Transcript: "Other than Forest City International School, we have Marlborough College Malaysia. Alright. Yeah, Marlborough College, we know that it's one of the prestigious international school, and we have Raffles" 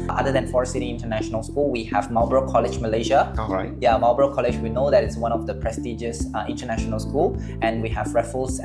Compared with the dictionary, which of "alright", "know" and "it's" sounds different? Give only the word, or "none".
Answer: alright